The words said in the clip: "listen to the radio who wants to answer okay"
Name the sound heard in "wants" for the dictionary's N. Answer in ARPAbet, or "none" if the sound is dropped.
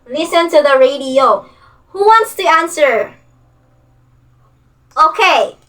N